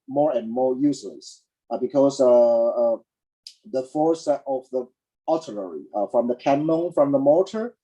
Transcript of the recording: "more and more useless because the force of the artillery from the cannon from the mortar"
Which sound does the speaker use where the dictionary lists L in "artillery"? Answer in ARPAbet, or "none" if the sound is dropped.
N